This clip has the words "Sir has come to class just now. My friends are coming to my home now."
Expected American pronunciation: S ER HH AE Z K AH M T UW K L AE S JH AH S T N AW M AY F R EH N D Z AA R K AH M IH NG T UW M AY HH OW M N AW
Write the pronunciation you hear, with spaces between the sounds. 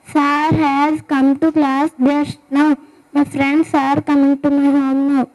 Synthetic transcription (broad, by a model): S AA HH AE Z K AH M T UW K L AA S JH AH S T N AW M AY F R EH N D S AA R K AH M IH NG T UW M AY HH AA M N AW